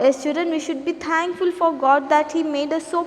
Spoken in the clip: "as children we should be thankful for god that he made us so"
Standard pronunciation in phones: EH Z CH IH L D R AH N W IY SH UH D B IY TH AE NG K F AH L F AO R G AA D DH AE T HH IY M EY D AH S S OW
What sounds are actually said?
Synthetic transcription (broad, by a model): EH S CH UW D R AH N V IY SH UH D B IY T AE NG K F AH L F AO R G AA D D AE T HH IY M EY D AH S S OW